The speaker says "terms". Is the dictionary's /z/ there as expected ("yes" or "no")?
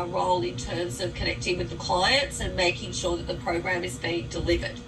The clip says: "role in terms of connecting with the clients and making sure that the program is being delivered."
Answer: yes